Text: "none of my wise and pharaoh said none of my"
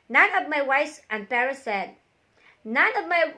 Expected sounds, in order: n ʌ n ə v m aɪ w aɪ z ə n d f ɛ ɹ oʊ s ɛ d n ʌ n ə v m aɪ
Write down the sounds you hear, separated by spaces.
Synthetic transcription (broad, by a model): n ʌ n ə v m aɪ w aɪ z ə n d p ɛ ɹ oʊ s ɛ d n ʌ n ə v m aɪ